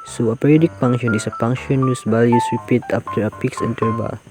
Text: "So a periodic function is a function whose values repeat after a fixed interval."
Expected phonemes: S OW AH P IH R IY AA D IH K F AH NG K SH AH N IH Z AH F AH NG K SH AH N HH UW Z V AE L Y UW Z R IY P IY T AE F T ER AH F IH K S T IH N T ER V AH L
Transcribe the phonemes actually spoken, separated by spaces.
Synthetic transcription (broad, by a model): S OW AH P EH R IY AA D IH K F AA NG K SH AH N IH S AH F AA NG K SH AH N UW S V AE L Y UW S R IY P IY T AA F T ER AH P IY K S EH N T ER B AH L